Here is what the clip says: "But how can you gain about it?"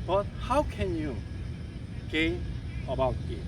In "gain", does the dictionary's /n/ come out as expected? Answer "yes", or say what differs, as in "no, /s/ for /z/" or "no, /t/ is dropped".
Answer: no, /n/ is dropped